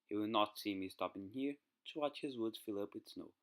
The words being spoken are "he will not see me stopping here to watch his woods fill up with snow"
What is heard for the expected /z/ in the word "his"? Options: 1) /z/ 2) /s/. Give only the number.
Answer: 1